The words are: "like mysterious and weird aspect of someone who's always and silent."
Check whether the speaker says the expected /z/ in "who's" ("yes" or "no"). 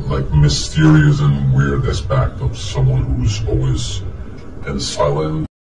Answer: yes